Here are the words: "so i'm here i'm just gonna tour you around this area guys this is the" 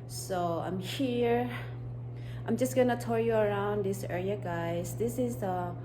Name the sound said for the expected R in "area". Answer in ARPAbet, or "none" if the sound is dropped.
L